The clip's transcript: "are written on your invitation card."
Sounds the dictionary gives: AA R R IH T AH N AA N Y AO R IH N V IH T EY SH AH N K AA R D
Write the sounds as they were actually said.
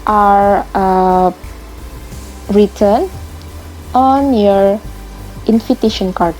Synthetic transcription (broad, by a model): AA R R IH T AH N AA N Y AO R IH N F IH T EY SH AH N K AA R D